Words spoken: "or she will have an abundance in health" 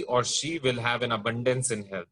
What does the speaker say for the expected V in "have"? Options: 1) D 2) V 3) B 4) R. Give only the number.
2